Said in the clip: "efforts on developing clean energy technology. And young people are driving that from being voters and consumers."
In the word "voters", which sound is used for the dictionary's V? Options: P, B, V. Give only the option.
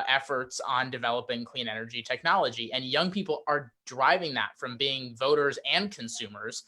V